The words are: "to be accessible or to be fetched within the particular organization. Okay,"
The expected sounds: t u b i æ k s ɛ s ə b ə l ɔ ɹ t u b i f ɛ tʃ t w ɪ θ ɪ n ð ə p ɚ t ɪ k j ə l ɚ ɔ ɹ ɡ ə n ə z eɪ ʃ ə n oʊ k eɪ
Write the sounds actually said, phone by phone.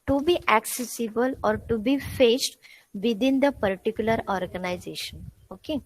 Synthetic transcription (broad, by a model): t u b i æ k s ɛ s ə b ə l ɔ ɹ t u b i f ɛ s t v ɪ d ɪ n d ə p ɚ t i k j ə l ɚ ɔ ɹ ɡ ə n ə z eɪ ʃ ə n oʊ k eɪ